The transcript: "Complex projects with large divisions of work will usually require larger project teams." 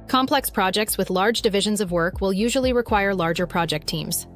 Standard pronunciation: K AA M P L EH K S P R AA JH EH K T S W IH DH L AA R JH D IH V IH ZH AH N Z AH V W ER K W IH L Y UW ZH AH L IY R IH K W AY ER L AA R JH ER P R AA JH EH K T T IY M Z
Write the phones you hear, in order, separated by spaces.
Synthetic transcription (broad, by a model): K AA M P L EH K S P R AA JH EH K T S W IH DH L AA R JH D IH V IH ZH AH N Z AH V W ER K W IH L Y UW ZH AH L IY R IH K W AY ER L AA R JH ER P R AA JH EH K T T IY M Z